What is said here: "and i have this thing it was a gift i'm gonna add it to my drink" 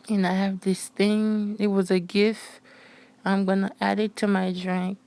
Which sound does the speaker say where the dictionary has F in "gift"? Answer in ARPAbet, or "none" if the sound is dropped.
F